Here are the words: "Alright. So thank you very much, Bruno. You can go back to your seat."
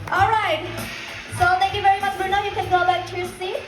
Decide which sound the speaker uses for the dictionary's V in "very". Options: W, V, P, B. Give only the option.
V